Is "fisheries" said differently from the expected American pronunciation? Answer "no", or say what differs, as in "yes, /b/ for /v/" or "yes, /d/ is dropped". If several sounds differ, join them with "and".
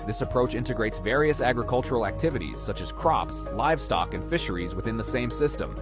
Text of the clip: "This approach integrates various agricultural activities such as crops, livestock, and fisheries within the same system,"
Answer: no